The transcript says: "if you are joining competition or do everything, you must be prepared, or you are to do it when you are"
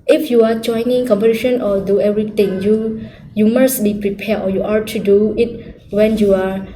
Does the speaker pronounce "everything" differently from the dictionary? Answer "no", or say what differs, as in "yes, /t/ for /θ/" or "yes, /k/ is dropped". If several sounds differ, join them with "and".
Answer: yes, /t/ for /θ/